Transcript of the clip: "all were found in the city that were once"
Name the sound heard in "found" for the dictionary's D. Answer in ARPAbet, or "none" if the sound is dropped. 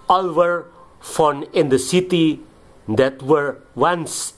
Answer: none